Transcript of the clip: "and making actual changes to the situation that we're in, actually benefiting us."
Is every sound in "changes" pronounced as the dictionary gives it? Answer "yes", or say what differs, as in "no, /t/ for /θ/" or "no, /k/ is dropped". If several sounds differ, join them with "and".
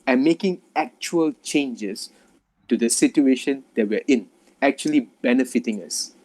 no, /s/ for /z/